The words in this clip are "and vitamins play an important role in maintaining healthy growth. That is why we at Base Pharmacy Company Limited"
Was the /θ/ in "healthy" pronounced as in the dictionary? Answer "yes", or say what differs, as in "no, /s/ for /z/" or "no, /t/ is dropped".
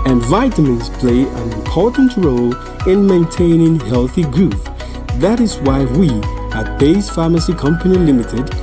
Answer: yes